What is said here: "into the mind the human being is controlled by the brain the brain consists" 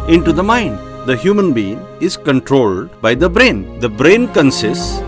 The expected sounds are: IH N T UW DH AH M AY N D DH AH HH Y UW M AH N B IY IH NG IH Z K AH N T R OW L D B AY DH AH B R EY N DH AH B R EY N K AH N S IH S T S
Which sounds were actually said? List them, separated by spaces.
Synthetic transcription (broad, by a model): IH N T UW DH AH M AY N D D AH HH Y UW M AH N B IY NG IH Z K AH N T R OW L D B AY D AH B R EY N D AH B R EY N K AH N S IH S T S